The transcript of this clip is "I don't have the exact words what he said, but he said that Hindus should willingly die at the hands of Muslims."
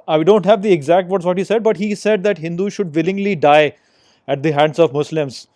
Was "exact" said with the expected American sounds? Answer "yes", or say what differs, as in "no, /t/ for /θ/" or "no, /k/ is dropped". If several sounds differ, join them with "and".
yes